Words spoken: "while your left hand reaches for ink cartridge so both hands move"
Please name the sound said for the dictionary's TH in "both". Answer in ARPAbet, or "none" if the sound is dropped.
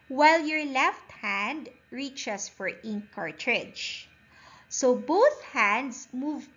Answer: TH